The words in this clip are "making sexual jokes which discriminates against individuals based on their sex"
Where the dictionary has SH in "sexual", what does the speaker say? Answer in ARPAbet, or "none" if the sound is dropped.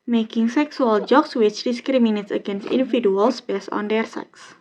S